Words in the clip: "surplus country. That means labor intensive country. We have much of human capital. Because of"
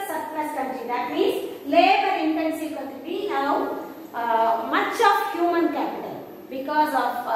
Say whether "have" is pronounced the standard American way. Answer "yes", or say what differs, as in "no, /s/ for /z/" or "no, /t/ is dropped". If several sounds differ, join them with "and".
no, /w/ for /v/